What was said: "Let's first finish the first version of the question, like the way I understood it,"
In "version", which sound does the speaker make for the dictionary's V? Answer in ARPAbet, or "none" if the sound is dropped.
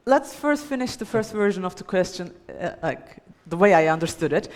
V